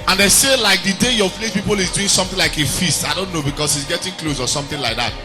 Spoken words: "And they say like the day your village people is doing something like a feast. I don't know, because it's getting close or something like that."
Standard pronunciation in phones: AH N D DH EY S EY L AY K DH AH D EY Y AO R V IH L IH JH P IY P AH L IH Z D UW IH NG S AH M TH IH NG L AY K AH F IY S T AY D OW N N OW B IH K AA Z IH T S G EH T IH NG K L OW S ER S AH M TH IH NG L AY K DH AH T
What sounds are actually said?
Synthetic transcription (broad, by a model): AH N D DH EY S EY L AY K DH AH D EY Y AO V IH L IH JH P IY P AH L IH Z D UW IH NG S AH M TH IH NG L AY K AH F IY S T AY D OW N N OW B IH K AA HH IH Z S G EH T IH NG K L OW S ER S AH M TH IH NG L AY K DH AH T